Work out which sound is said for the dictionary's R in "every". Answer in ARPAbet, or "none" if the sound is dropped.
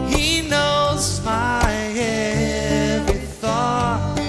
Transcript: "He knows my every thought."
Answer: none